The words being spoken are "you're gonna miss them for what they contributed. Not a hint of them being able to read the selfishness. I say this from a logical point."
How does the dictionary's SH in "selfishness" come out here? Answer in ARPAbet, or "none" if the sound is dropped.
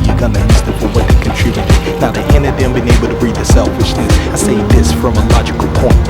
SH